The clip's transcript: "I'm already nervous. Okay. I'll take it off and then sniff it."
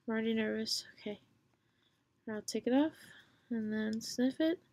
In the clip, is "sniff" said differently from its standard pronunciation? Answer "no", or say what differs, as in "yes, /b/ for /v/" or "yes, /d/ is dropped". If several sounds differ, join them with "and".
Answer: no